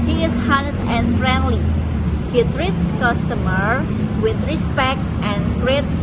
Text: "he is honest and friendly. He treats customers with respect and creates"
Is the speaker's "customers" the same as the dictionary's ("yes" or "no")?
no